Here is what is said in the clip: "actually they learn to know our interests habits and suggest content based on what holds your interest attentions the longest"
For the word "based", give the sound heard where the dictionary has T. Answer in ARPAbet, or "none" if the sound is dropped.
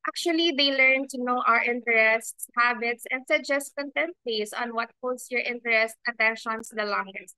none